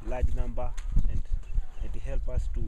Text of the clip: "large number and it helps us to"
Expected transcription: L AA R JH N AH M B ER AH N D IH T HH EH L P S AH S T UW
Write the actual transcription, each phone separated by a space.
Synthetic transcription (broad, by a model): L AA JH N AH M B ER AH N D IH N HH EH L P AH S T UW